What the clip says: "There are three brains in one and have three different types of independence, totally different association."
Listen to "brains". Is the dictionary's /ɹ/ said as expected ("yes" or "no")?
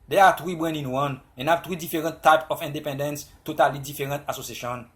no